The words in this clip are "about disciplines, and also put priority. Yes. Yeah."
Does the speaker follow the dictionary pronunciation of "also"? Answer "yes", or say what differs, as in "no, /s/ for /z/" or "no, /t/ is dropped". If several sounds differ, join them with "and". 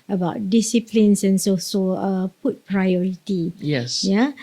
no, /l/ is dropped